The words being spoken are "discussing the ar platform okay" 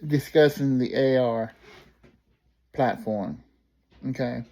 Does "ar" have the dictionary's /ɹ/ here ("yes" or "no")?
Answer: yes